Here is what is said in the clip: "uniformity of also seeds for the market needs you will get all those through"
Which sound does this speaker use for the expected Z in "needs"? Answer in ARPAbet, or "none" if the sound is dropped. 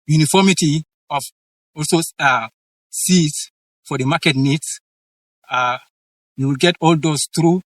S